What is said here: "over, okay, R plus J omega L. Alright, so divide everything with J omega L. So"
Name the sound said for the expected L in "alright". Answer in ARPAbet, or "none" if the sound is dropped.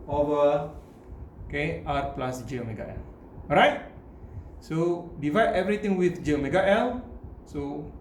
none